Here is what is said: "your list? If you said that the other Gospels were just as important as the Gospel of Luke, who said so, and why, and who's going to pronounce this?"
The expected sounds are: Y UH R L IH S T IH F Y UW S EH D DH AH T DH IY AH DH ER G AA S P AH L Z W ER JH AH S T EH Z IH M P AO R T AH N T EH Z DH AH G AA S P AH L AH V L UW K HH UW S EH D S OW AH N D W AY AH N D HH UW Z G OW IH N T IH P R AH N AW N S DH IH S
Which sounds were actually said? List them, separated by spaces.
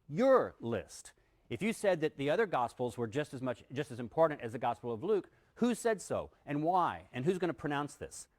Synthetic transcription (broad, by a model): Y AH R L IH S T IH F Y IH S EH D DH AH T DH IY AH DH ER G AA S P L Z W ER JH AH S T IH Z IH M P AO R T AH N T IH Z DH AH G AA S P L AH V L UW K HH UW S EH D S OW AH N W AY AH N HH UW Z G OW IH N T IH P R AH N AW N S DH IH S